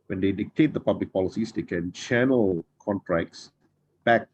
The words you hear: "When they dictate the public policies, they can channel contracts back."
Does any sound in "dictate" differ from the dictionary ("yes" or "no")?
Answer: no